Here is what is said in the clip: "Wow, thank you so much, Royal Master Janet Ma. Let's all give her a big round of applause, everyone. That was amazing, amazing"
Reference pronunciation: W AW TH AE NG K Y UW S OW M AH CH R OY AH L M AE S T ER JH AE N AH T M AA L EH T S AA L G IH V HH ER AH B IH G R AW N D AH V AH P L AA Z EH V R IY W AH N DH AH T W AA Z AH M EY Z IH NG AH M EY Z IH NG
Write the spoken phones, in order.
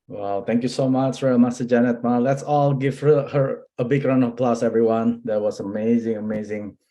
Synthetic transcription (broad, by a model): W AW T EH NG K Y UW S OW M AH CH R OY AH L M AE S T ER JH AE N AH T M AA L EH T S AA L G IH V HH ER AH B IH G R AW N AH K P L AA S EH V R IY W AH N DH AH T W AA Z AH M EY Z IH NG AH M EY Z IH NG